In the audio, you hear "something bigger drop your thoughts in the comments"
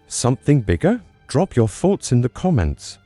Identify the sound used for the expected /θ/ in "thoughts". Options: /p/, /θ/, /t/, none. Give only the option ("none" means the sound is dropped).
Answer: /θ/